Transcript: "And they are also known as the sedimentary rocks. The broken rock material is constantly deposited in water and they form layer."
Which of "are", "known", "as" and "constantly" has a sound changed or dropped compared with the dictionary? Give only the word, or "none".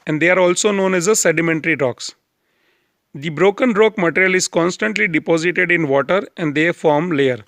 none